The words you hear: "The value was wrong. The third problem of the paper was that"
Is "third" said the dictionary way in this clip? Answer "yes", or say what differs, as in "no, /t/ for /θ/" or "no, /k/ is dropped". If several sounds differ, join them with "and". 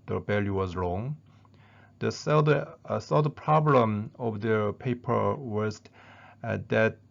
no, /s/ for /θ/